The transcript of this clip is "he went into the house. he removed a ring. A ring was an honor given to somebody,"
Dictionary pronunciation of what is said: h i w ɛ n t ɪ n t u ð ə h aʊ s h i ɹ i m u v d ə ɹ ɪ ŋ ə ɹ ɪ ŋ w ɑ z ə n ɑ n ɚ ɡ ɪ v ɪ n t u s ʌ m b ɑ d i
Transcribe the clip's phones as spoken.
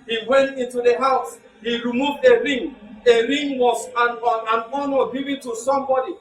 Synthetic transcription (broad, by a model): h i w ɛ n t ɪ n t u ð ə h aʊ s h i ɹ i m u v d ə ɹ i ŋ ə ɹ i ŋ w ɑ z ə n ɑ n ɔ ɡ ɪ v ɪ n t u s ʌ m b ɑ d i